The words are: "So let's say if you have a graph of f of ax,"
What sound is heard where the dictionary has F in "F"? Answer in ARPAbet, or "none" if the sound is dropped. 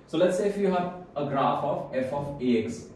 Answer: F